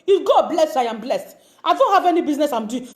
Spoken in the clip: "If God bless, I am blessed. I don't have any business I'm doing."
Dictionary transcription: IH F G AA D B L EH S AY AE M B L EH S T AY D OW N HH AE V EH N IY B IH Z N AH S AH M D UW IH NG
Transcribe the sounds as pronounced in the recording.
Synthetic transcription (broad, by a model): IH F G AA B L EH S AY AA M B L EH S T AY D OW N HH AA V EH N IY B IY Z N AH S AH M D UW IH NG